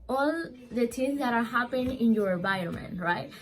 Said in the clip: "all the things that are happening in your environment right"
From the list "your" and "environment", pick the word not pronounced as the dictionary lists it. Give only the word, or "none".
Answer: environment